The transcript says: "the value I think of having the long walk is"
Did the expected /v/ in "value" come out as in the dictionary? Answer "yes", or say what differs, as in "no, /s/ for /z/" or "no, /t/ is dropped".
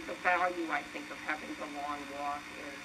no, /f/ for /v/